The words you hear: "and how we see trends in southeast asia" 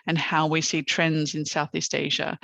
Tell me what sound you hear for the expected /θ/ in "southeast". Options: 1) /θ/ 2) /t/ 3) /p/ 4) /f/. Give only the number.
1